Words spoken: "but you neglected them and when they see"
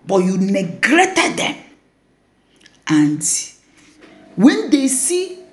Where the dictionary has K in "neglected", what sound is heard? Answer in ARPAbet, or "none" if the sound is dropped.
none